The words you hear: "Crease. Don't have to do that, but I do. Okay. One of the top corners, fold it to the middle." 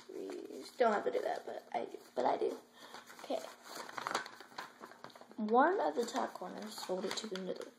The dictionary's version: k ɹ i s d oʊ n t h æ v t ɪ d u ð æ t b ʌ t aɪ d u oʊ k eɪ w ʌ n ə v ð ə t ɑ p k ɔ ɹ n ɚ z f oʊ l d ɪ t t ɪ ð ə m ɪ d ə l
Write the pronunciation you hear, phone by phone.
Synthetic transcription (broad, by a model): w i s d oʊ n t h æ f t ɪ d u ð æ t b ʌ t aɪ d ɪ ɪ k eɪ w ʌ n ə v ð ə t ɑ k ɔ ɹ n ɚ z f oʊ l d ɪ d t ɪ ð ə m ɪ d l